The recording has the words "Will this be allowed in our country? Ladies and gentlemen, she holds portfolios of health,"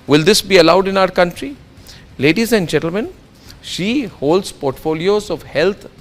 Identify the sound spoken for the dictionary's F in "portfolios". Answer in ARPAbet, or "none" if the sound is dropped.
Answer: F